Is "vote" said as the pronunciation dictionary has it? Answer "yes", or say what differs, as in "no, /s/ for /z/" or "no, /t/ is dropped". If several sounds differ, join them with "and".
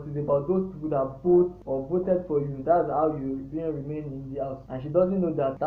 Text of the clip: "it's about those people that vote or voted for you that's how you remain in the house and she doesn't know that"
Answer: no, /b/ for /v/